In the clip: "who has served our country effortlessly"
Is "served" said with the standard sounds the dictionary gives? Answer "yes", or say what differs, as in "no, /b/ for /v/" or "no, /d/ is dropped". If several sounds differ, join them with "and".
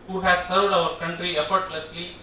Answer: yes